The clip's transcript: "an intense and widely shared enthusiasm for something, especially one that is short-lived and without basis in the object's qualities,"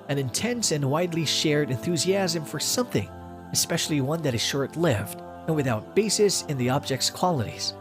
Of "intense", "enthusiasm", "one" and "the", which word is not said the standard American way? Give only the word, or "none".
none